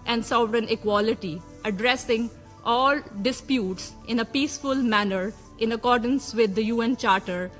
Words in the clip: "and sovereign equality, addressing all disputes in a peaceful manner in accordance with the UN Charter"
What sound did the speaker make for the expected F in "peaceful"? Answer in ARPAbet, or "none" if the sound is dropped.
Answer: F